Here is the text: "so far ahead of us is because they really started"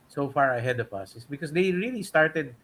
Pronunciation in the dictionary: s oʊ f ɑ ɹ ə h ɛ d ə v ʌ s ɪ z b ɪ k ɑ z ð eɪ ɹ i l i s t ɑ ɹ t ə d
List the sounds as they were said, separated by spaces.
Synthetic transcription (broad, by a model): s oʊ f ɑ ɹ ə h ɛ d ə p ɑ s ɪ s b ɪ k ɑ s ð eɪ ɹ i l i s t ɑ ɹ t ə d